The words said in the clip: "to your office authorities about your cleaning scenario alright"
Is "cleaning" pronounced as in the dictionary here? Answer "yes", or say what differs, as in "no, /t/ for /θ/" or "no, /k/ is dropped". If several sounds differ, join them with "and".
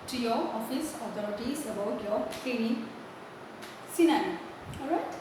no, /l/ is dropped